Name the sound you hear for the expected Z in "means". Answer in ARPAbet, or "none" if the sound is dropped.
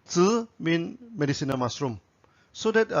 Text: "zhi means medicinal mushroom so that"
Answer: none